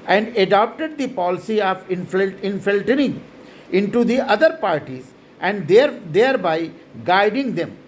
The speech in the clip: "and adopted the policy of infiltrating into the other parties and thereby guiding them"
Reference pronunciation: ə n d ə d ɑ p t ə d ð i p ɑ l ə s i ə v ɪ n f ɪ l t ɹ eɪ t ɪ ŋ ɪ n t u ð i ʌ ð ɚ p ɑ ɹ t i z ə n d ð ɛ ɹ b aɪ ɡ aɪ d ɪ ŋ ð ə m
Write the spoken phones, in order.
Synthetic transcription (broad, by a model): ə n d ə d ɑ p t ə d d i p ɑ l ə s i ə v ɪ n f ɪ l t eɪ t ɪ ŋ ɪ n t u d i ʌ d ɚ p ɑ ɹ t i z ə n d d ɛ ɹ b aɪ ɡ aɪ d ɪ ŋ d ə m